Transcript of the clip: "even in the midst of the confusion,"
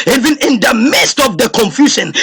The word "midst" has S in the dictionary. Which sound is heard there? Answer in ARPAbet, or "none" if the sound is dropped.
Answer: S